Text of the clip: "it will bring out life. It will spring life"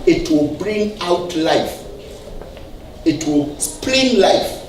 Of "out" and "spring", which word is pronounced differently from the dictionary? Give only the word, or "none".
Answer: spring